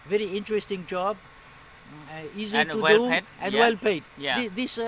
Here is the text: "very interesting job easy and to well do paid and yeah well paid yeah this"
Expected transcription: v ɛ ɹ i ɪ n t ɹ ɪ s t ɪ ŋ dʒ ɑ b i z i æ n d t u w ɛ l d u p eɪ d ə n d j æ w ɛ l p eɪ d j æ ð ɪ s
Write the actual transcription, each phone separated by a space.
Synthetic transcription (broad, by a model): v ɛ ɹ i ɪ n t ɹ ɪ s t ɪ ŋ dʒ ɑ b i z i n t u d d u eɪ ə n d w ɛ l p eɪ d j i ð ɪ s